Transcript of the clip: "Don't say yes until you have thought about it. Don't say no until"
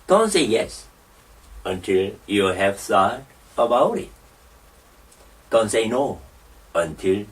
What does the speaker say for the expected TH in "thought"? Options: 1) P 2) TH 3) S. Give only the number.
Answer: 3